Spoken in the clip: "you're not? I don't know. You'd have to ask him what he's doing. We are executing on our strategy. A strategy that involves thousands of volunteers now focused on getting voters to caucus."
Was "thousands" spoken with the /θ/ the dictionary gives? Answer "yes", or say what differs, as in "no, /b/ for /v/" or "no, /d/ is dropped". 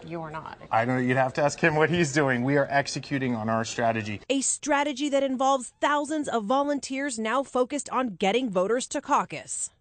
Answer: yes